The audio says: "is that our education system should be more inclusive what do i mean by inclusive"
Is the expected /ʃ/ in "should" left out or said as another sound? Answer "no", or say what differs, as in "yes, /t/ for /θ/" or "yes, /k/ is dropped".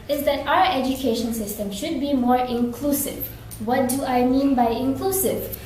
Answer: no